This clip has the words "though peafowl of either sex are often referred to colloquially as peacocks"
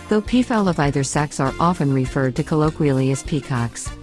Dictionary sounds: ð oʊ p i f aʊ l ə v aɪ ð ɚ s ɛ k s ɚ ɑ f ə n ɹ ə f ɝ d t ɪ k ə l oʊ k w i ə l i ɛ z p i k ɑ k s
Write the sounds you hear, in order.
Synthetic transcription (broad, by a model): ð oʊ p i f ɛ l ə v aɪ ð ɚ s ɛ k s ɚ ɑ f ə n ɹ ə f ɝ d t ɪ k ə l oʊ k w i l i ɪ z p i k ɑ k s